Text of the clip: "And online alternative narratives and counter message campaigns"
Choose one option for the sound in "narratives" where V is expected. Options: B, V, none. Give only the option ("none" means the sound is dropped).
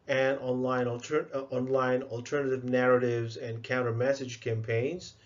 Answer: V